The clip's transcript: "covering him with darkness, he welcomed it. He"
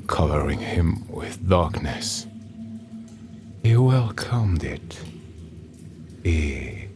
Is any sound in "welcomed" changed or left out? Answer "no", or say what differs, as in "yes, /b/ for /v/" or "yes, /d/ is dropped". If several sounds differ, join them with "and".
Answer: no